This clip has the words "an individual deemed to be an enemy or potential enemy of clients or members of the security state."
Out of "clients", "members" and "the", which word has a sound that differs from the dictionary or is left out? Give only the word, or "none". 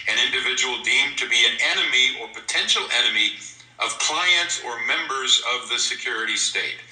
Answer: none